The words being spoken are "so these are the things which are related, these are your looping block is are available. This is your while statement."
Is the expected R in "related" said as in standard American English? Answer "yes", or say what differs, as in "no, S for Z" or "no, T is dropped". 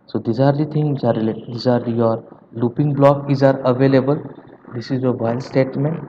no, L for R